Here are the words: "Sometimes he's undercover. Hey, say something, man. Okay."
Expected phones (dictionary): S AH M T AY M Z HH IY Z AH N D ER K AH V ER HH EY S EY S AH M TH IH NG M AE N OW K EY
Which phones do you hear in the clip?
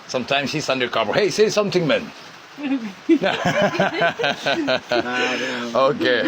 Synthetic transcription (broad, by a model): S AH M T AY M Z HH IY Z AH N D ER K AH B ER HH EY S EY S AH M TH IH NG M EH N OW K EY